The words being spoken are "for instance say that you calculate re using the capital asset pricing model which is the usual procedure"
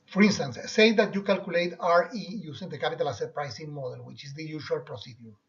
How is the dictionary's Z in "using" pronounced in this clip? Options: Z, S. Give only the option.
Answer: S